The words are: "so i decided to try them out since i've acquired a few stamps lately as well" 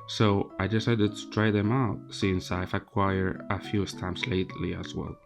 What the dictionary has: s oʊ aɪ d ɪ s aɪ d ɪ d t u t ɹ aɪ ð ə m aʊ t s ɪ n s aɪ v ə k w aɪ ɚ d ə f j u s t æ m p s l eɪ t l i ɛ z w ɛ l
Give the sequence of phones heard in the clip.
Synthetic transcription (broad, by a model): s oʊ aɪ d ɪ s aɪ d ɪ d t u t ɹ aɪ ð ə m aʊ t s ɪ n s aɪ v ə k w aɪ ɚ ə f j u s t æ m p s l eɪ t l i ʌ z w ɛ l